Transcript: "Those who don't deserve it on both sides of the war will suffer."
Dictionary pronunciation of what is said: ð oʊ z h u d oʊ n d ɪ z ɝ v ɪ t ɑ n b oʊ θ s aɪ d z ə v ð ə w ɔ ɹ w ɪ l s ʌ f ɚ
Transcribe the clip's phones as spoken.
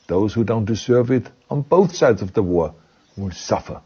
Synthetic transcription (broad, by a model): ð oʊ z h u d oʊ n d ɪ z ɝ v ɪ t n b oʊ θ s aɪ d z ə v ð ə w ɔ ɹ w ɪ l s ʌ f ɚ